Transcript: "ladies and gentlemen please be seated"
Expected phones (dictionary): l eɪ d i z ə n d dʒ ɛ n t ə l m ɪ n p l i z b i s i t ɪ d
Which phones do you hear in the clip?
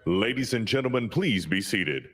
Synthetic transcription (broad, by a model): l eɪ d i z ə n dʒ ɛ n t l m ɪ n p l i z b i s i t ɪ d